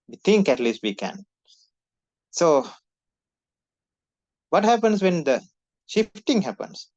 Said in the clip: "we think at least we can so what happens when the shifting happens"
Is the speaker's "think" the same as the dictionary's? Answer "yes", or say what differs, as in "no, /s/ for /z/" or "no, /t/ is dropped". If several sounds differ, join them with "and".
no, /t/ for /θ/